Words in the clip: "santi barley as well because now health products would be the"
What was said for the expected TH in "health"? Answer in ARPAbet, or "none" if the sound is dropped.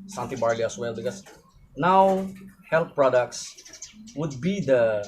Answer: T